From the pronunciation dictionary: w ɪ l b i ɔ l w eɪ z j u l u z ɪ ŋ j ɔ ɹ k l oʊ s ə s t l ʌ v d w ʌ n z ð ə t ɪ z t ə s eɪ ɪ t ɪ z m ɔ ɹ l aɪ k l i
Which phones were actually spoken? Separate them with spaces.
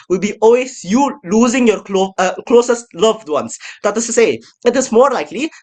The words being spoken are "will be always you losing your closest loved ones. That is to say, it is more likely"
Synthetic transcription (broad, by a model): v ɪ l b i ɔ l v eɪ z j u l u z ɪ ŋ j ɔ ɹ k l oʊ s ə s t l ʌ v d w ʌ n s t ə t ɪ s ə s eɪ ɪ t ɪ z m ɔ ɹ l aɪ k l i